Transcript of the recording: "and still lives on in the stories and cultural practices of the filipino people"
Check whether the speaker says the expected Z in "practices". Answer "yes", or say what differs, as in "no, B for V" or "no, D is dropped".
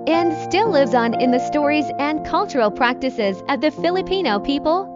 yes